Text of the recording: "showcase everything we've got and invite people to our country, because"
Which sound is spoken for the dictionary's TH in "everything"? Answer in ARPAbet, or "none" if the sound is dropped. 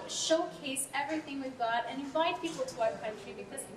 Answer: TH